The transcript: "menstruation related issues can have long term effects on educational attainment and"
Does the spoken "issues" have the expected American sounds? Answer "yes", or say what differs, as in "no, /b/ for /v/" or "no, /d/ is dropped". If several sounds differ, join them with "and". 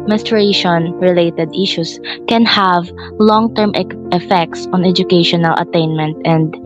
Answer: no, /s/ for /z/